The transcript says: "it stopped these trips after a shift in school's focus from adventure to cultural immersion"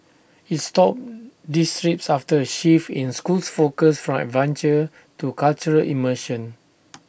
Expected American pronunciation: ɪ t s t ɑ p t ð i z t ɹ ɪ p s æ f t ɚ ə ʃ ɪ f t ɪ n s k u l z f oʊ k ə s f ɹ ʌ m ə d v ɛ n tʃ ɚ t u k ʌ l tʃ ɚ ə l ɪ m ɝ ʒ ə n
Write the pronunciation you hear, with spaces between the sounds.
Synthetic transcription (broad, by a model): ɪ t s t ɑ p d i s t ɹ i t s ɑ f t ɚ ə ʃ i f ɪ n s k u l s f oʊ k ə s f ɹ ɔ m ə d v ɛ n tʃ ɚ t u k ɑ l tʃ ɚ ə l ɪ m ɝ ʃ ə n